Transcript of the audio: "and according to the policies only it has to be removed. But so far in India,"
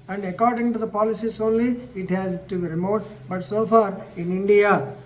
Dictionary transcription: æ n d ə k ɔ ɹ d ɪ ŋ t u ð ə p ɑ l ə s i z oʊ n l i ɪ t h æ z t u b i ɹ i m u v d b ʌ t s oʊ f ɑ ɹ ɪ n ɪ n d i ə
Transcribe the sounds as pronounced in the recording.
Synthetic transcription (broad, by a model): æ n d ə k ɔ ɹ d ɪ ŋ t u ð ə p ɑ l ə s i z oʊ n l i ɪ t h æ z t u b i ɹ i m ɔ d b ʌ t s oʊ f ɑ ɹ ɪ n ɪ n d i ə